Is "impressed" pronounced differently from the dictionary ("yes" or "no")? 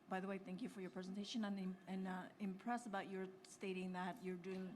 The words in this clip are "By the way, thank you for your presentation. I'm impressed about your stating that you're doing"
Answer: yes